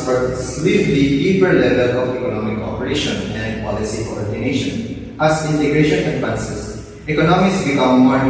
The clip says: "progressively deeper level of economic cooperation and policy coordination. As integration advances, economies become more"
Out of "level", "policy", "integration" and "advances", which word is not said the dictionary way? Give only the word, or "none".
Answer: advances